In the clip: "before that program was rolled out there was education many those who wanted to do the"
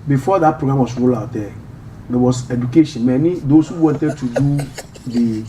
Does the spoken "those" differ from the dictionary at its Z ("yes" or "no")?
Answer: yes